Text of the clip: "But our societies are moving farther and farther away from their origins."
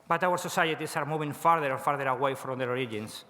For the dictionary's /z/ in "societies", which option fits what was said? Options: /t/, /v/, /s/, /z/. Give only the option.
/s/